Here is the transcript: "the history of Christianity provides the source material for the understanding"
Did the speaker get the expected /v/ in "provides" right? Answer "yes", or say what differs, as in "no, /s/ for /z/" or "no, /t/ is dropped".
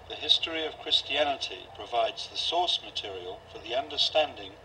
yes